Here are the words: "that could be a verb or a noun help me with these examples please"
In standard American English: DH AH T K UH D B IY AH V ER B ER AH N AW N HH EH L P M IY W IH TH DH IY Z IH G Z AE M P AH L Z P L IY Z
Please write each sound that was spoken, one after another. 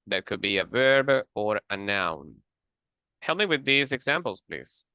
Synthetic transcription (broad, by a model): DH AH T K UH D B IY AH V ER B ER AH N AW N HH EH L M IY W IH DH IY Z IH G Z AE M P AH L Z P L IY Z